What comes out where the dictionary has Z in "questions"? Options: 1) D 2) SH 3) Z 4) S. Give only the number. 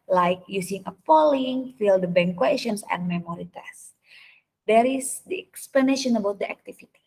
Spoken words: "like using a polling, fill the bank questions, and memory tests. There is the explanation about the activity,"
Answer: 4